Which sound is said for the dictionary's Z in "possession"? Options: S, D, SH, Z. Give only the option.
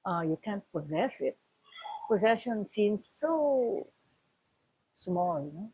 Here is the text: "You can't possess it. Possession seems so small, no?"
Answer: Z